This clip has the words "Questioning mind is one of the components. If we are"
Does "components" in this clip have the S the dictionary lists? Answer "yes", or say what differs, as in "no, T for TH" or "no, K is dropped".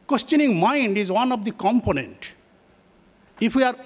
no, S is dropped